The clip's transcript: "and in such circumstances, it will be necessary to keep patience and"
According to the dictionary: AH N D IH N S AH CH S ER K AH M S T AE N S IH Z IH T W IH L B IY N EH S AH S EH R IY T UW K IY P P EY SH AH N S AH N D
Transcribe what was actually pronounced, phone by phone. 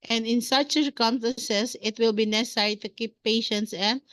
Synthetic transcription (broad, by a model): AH N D IH N S AH CH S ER K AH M S T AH N S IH S IH T W IH L B IY N EH S AH S EH R IY T UW K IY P P EY SH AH N S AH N